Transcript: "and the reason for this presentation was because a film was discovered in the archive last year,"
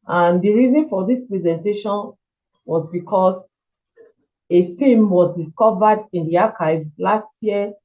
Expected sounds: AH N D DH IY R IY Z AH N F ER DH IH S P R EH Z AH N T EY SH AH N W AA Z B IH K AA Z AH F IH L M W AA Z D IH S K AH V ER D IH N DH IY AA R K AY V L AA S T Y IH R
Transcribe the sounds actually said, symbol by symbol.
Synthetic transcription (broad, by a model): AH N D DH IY R IY Z AH N F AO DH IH S P R EH Z AH N T EY SH AH N W AA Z B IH K AA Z AH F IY M W AA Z D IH S K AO V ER D IH N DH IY AA K AY V L AA S T Y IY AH